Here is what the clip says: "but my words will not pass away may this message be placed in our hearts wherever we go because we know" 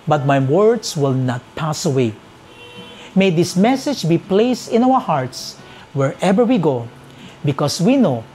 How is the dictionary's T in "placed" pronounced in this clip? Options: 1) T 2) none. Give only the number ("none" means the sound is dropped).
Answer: 1